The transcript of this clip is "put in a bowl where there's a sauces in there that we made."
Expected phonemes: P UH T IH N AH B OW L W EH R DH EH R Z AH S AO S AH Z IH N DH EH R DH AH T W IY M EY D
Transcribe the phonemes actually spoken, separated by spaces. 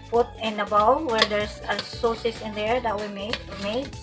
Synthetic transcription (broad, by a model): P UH T IH N AH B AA W W EH R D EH R S AH S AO S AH S IH N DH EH R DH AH T W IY M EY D